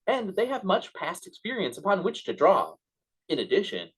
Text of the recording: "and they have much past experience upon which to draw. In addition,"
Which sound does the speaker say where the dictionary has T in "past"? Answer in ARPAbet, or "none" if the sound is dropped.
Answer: T